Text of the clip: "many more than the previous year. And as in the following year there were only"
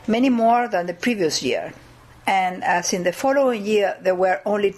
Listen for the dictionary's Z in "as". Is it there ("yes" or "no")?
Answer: no